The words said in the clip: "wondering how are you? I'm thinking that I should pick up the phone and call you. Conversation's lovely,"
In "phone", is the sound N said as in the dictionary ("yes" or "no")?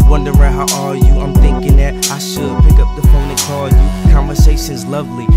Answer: no